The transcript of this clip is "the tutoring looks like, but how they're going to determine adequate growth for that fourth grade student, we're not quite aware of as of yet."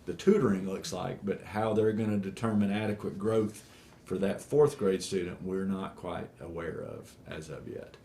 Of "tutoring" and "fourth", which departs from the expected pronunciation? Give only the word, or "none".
none